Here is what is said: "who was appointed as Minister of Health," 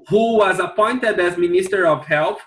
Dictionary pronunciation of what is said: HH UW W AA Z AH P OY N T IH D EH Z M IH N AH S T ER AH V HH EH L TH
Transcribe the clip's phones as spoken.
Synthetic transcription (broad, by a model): HH UW W AA Z AH P OY N T IH D EH Z M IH N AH S T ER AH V HH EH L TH